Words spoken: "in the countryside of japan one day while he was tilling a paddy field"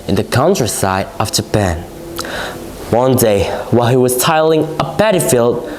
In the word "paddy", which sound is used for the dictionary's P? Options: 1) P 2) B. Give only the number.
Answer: 2